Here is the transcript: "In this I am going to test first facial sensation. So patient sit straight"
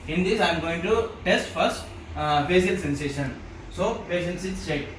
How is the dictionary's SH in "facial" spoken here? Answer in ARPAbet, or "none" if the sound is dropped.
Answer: S